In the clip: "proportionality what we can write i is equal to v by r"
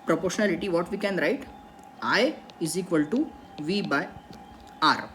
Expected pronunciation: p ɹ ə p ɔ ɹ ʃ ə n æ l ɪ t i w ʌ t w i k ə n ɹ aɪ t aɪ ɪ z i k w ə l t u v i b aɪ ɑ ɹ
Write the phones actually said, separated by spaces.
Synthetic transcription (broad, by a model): p ɹ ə p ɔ ɹ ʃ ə n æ l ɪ t i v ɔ t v i k ə n ɹ aɪ t aɪ ɪ z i k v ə l t u v i b aɪ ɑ ɹ